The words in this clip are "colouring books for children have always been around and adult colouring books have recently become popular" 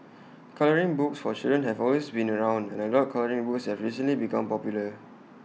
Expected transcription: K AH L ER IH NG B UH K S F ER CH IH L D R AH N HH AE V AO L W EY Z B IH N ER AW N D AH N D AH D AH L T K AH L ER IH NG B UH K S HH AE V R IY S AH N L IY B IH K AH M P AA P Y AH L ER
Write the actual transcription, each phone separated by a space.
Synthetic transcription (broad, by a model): K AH L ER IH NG B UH K S F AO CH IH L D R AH N HH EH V AO L W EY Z B IH N ER AW N D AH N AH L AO T K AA L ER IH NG B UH K S HH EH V R IY S AH N L IY B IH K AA M P AA P Y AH L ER